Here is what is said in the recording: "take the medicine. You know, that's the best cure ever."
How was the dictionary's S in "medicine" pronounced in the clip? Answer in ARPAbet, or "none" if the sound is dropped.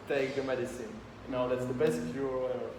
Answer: S